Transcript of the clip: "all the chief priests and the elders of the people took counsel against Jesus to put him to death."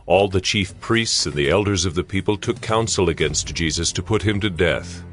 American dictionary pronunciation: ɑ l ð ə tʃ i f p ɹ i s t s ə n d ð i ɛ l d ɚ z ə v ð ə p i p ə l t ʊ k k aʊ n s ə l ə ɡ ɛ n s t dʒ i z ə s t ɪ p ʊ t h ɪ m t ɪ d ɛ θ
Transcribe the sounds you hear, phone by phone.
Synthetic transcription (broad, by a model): ɑ l ð ə tʃ i f p ɹ i s t s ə n ð i ɛ l d ɚ z ə v ð ə p i p ə l t ʊ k k aʊ n s l ə ɡ ɛ n s t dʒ i z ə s t ɪ p ʊ t h ɪ m t ɪ d ɛ θ